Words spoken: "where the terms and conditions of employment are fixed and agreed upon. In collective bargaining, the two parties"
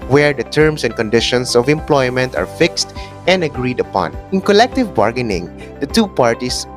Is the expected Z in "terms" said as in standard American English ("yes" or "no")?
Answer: no